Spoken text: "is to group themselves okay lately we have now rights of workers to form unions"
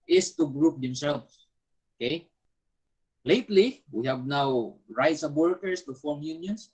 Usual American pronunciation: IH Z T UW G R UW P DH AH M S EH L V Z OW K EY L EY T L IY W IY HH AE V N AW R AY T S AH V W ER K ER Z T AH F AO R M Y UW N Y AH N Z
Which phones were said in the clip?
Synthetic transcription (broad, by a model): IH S T UW G R UW P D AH M S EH L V S OW K EY L EY T L IY W IY HH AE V N AW R AY T S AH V W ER K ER S T AH F AO R M Y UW N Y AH N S